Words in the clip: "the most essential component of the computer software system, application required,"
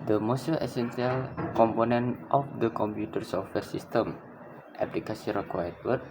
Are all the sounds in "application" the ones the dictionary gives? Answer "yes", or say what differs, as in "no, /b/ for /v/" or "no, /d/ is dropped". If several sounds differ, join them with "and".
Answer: no, /s/ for /ʃ/